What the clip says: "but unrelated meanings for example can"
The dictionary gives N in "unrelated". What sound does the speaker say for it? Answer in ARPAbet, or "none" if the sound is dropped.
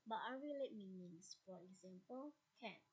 none